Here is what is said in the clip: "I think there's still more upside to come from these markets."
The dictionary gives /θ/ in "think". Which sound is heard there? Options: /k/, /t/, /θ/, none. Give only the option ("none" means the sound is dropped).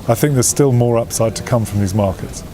/θ/